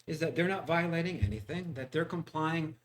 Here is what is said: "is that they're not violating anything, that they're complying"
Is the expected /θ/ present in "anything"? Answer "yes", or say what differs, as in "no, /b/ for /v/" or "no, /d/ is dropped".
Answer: yes